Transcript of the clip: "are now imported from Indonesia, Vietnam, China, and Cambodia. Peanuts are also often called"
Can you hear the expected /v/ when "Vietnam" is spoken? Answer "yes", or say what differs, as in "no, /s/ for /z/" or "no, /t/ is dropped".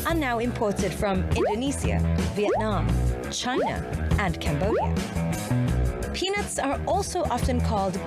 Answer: yes